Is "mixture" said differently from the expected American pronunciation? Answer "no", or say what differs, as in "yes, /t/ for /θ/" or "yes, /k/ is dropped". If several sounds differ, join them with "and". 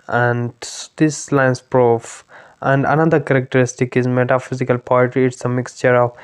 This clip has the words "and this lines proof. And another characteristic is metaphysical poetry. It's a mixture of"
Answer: no